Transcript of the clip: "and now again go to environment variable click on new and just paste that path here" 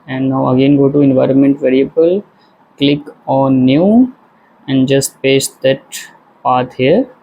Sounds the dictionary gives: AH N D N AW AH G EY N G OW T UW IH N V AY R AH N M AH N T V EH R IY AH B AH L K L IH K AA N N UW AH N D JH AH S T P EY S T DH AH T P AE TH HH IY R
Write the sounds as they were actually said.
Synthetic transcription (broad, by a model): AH N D N AW AH G EY N G OW T UW IH N V AY R AH N M AH N T V EH R IY AH B AH L K L IH K AA N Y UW AH N D JH AH S T P EY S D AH T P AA T HH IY R